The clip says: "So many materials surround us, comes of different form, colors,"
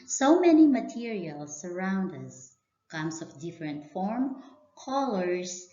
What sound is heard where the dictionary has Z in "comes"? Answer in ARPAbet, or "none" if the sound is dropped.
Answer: S